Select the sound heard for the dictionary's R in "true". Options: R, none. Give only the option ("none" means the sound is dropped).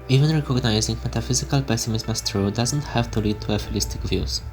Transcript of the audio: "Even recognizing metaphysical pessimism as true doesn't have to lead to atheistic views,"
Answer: R